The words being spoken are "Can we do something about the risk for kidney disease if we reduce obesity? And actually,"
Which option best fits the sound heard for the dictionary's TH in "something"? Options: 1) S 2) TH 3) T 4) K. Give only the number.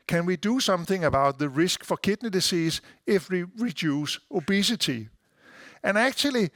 2